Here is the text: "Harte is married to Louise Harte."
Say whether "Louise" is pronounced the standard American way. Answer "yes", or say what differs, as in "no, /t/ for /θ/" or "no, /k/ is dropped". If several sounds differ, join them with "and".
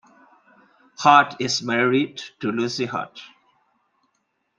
no, /z/ is dropped